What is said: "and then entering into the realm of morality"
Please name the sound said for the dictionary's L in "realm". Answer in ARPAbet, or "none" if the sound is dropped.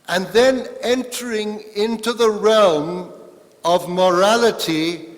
L